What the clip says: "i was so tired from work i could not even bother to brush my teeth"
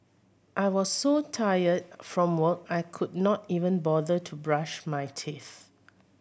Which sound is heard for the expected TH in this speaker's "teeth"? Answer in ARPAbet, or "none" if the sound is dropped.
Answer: TH